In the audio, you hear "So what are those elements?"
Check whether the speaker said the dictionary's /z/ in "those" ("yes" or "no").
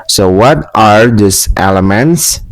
no